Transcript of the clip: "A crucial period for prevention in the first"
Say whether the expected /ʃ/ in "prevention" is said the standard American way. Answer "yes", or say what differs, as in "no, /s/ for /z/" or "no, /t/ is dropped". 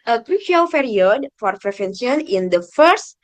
no, /s/ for /ʃ/